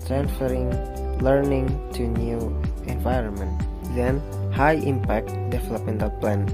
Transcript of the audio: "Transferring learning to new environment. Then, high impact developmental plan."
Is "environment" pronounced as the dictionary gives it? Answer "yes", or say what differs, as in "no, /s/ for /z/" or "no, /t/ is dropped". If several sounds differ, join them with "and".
yes